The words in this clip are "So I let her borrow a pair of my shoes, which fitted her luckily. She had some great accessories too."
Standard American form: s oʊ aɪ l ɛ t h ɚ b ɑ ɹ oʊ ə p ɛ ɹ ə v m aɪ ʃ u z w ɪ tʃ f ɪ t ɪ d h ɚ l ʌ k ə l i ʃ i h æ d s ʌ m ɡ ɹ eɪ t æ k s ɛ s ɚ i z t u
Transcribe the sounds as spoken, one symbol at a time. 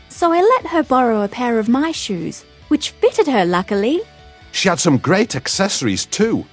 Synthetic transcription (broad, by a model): s oʊ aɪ l ɛ t h ɚ b ɑ ɹ oʊ ə p ɛ ɹ ə v m aɪ ʃ u z w ɪ tʃ f ɪ t ɪ d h ɚ l ʌ k ə l i ʃ i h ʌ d s ʌ m ɡ ɹ eɪ t æ k s ɛ s ɚ i z t u